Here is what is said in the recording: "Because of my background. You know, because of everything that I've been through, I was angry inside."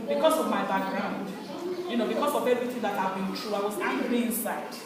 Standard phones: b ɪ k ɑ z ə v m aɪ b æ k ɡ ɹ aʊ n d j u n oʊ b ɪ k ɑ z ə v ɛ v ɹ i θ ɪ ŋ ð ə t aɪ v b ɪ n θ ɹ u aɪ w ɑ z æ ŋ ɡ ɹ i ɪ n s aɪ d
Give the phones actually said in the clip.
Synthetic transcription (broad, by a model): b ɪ k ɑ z ə v m aɪ b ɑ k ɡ ɹ aʊ n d j u n oʊ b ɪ k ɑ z ə v ɛ v ɹ i θ ɪ ŋ ð ə t aɪ v b ɪ n t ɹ u aɪ w ɑ z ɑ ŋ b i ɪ n s aɪ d